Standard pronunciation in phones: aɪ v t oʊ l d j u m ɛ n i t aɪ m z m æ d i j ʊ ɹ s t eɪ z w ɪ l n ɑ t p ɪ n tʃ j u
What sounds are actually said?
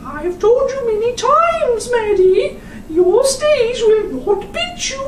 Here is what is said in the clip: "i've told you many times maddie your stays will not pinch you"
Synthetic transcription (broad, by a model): aɪ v t oʊ l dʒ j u m ɛ n i t aɪ m z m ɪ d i j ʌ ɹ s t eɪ z w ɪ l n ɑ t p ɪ tʃ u